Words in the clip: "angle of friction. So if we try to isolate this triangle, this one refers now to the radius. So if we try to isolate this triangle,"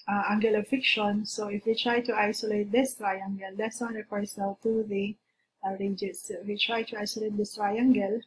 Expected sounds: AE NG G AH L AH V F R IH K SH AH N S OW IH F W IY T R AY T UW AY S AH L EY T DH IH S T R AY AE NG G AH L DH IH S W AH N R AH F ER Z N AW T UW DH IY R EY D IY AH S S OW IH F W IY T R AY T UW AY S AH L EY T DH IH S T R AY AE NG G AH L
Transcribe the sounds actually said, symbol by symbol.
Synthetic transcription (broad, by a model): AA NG G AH L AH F IH K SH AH N S OW IH F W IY T R AY T UW AY S AH L EY T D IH S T R AY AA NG G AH L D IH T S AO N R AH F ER S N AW T UW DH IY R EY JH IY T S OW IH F W IY T R AY T UW AY S AH L EY T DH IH S T R AY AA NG G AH L